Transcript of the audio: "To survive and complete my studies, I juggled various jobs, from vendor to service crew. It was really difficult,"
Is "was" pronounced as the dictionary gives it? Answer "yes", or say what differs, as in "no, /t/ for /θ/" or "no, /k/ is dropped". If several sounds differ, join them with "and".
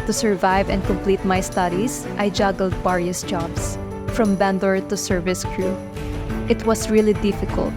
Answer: no, /s/ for /z/